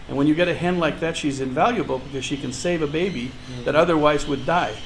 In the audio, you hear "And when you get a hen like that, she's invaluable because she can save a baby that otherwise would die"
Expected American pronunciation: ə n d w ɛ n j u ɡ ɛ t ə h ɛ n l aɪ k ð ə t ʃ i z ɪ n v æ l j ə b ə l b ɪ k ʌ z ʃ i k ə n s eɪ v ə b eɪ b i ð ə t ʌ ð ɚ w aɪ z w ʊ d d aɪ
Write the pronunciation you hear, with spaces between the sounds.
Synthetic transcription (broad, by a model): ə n w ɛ n j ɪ ɡ ɛ t ə h ɛ n l aɪ k ð ə t ʃ i z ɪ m v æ l j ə b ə l b ɪ k ʌ z ʃ i k ə n s eɪ v ə b eɪ b i ð ə t ʌ ð ɚ w aɪ z w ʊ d d aɪ